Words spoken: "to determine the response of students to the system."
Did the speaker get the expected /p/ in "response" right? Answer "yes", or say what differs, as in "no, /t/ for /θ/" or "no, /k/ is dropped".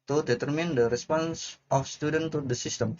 yes